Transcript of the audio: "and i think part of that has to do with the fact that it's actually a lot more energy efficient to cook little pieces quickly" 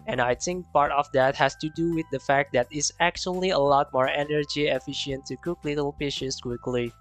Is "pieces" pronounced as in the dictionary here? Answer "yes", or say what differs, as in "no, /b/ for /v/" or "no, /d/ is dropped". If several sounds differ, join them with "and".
no, /ʃ/ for /s/